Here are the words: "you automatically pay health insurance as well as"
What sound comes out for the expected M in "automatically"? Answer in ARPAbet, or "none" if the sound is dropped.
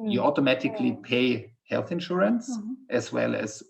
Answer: M